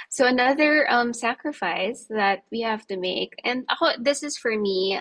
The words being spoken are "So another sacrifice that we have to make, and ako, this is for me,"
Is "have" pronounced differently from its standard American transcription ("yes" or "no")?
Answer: yes